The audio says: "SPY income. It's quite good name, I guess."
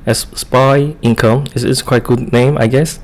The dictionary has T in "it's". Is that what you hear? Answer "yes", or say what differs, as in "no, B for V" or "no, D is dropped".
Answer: no, S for T